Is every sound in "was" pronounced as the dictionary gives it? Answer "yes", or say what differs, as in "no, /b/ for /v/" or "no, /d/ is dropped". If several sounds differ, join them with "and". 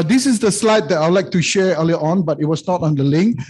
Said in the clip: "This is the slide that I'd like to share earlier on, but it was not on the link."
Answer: no, /s/ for /z/